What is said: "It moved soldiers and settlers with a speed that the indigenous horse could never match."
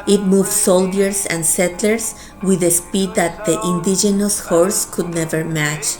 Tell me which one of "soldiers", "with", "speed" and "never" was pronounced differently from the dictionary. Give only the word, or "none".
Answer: soldiers